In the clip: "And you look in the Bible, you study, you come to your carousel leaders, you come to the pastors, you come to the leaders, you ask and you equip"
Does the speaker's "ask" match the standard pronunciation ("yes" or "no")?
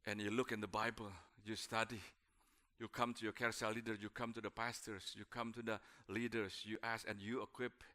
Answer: no